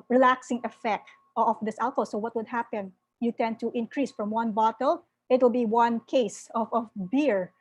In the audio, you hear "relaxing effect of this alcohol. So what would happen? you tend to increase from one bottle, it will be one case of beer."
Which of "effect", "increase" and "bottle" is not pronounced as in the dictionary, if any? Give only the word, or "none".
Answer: none